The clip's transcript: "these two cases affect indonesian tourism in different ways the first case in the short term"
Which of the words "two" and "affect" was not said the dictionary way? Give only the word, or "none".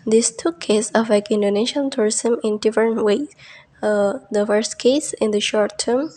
affect